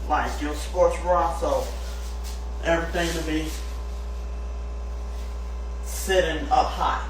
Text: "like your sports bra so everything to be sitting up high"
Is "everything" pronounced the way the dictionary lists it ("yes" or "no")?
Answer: yes